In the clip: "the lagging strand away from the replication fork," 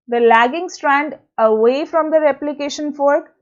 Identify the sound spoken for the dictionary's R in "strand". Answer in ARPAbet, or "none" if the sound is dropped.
R